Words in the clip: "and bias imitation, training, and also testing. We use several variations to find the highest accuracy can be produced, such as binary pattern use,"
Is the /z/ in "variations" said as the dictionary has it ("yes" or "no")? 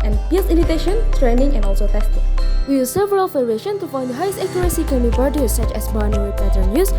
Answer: no